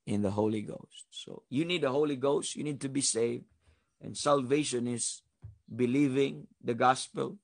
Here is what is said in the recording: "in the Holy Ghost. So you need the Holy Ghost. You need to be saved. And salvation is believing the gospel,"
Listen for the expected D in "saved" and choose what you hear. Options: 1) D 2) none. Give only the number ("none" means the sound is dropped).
1